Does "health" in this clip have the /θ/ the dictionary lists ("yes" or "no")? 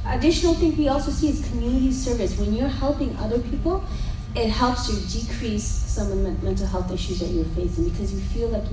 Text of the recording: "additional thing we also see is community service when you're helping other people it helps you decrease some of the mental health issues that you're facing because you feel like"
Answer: yes